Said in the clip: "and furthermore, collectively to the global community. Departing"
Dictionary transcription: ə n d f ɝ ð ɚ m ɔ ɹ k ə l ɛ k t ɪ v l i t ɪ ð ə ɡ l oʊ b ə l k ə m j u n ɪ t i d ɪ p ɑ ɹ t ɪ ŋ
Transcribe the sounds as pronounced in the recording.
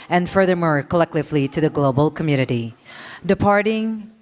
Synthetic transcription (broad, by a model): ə n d f ɝ ð ɚ m ɔ ɹ k ə l ɛ k t ɪ v l i t ɪ ð ə ɡ l oʊ b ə l k ə m j u n ɪ t i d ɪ p ɑ ɹ t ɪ ŋ